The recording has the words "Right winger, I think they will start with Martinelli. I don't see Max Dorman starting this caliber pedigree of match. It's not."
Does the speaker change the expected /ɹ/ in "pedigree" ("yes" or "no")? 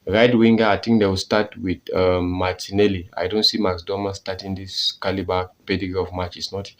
yes